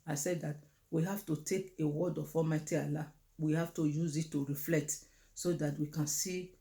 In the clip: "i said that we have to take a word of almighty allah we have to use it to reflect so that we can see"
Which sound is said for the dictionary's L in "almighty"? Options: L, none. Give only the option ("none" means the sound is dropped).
none